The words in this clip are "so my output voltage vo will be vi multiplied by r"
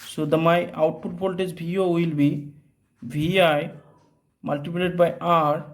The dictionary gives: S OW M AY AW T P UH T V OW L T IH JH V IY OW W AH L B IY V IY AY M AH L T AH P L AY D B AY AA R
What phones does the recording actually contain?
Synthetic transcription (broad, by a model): S OW M AY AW T P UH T P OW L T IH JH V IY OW W AH L B IY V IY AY M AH L T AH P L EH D B AY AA R